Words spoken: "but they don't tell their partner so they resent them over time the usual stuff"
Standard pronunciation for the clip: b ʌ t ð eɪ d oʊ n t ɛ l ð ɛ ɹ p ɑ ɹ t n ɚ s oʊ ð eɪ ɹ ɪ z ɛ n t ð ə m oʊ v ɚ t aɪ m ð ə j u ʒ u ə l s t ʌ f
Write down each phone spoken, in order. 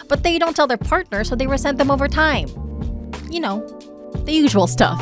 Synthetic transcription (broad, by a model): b ʌ t ð eɪ d oʊ n t ɛ l ð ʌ ɹ p ɑ ɹ t n ɚ s oʊ ð eɪ w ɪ s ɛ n ð ə m oʊ v ɚ t aɪ m ð ə j u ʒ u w l s t ʌ f